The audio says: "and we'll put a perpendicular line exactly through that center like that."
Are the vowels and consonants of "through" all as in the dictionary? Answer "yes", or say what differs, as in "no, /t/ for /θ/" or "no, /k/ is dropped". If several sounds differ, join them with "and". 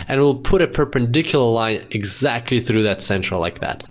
yes